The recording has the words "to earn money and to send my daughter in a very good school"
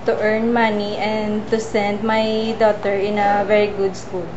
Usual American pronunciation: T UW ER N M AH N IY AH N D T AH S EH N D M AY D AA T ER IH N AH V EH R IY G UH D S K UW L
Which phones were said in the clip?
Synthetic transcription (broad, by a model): T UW ER N M AH N IY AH N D T AH S EH N D M AY D AA T ER IH N AH V EH R IY G UH D S K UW L